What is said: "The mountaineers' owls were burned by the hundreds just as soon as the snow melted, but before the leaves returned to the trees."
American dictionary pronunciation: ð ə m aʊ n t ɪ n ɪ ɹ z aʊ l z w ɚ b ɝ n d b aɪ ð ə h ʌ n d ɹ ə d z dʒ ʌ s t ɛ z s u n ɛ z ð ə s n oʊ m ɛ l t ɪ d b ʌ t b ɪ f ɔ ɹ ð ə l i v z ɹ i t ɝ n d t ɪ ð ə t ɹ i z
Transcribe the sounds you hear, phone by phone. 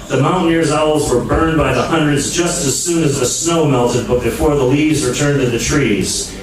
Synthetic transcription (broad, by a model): ð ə m aʊ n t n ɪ ɹ z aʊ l z w ɚ b ɝ n b aɪ ð ə h ʌ n d ɹ ə d z dʒ ʌ s t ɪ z s u n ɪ z ð ə s n oʊ m ɛ l t ɪ d b ʌ t b ɪ f ɔ ɹ ð ə l i v z w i t ɝ n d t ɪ ð ə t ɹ i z